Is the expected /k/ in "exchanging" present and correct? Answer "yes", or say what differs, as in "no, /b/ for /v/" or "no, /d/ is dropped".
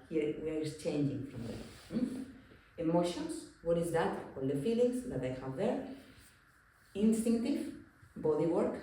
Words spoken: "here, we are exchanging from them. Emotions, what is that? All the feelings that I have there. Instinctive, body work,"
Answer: no, /k/ is dropped